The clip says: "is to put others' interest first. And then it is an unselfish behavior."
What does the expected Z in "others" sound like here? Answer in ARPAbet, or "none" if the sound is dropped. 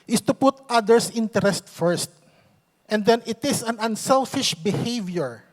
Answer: S